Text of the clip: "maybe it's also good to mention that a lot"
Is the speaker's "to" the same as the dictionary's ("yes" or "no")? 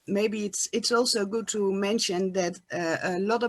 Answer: yes